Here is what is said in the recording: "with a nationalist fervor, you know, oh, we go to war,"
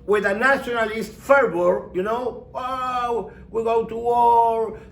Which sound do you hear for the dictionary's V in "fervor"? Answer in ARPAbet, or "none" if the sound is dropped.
B